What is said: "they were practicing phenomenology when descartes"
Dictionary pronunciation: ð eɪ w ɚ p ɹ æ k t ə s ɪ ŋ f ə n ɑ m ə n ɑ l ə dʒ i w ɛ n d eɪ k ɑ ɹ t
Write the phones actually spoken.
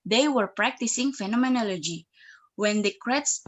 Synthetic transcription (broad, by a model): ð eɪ w ɚ p ɹ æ k t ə s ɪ ŋ f ə n ɑ m ə n ɑ l ə dʒ i w ɛ n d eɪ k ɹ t